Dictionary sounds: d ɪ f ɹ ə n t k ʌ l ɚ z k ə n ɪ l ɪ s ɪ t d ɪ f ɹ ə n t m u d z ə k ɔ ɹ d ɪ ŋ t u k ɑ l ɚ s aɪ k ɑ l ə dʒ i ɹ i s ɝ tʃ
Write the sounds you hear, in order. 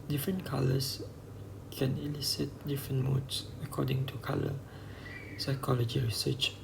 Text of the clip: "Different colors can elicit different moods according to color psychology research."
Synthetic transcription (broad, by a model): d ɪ f ɹ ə n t k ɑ l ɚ s k ə n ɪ l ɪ s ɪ t d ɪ f ɹ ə n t m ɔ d s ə k ɔ d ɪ ŋ t u k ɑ l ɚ s aɪ k ɑ l ə dʒ i ɹ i s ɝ tʃ